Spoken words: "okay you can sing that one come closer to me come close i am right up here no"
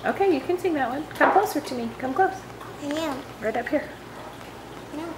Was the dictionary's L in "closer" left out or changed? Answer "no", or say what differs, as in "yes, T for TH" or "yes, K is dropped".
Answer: yes, L is dropped